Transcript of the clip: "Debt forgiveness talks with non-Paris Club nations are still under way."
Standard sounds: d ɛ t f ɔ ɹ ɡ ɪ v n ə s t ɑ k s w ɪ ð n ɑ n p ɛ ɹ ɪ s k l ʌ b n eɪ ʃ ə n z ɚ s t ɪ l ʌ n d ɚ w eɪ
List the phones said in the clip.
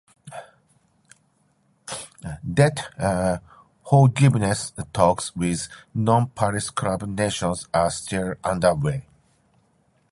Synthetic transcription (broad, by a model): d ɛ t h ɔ l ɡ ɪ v n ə s t ɑ k s w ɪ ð n ɑ n p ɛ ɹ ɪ s k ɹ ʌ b n eɪ ʃ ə n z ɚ s t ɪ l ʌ n d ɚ w eɪ